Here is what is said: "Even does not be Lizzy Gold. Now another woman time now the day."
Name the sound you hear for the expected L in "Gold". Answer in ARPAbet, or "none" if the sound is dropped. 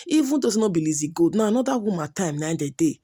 none